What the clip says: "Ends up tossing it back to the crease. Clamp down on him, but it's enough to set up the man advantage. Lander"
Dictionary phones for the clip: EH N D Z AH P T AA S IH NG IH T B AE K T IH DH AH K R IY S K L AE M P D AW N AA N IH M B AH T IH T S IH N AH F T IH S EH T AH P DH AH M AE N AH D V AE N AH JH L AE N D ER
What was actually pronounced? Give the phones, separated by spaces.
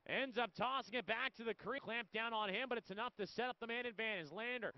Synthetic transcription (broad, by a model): EH N D Z AH P T AA S IH NG IH T B AE K T IH DH AH K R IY K L AE M P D AW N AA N IH M B AH T IH T S IH N AH F T IH S EH T AH P DH AH M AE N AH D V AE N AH Z L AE N D ER